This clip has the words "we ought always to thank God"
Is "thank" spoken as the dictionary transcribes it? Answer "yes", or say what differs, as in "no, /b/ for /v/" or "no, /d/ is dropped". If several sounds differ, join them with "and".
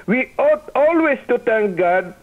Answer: no, /t/ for /θ/